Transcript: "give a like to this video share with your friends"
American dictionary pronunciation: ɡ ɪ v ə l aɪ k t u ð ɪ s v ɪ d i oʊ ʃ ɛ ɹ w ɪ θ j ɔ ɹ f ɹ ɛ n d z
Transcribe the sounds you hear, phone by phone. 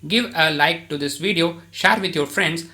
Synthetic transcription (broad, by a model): ɡ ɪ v ə l aɪ k t u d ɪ s v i d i oʊ ʃ ɛ ɹ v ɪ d j ɔ ɹ f ɹ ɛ n d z